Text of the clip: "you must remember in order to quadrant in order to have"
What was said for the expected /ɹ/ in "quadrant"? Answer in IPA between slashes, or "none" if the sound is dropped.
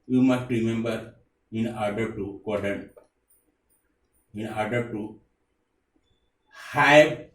none